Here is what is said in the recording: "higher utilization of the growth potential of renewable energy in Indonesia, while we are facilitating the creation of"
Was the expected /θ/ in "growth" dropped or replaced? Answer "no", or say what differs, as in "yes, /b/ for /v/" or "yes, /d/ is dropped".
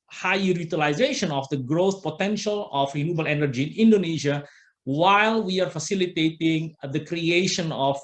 yes, /s/ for /θ/